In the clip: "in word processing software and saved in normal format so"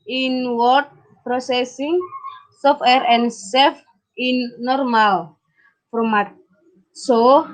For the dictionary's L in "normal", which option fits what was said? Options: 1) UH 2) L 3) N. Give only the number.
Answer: 2